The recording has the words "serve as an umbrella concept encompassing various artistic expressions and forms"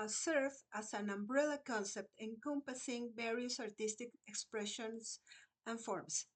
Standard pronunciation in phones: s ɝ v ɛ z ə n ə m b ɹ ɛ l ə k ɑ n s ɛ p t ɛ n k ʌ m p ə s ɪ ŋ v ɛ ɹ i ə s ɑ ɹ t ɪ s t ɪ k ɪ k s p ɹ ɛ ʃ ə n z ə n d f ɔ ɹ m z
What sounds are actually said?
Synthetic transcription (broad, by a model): s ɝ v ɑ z ə n ə m b ɹ ɛ l ə k ɑ n s ɛ p t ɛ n k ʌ m p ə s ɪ ŋ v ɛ ɹ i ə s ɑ ɹ t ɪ s t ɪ k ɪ k s p ɹ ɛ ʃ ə n s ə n f ɔ ɹ m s